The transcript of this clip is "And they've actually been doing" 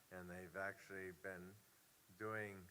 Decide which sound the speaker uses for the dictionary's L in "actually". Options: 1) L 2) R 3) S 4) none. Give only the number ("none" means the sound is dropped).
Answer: 1